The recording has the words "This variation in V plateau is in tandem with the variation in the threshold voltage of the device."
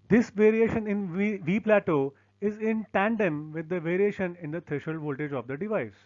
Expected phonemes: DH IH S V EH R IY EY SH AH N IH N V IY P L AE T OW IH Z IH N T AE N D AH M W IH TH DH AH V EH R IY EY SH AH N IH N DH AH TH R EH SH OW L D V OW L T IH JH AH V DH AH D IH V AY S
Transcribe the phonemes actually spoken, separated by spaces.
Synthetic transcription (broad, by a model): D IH S V EH R IY EY SH AH N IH N V IY P L AE T OW IH Z IH N T AE N D AH M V IH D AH V EH R IY EY SH AH N IH N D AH T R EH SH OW L V OW L T IH JH AH V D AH D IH V AY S